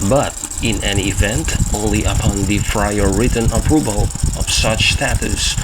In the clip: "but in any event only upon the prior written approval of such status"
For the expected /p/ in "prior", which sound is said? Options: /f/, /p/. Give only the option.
/f/